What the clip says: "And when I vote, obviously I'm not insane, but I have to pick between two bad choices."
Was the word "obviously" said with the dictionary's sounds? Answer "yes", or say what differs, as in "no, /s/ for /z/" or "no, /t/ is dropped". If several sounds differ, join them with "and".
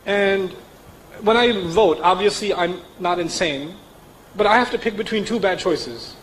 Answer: yes